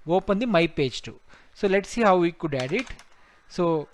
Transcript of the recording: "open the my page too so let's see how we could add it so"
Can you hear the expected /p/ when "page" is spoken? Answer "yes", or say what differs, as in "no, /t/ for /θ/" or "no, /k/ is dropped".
yes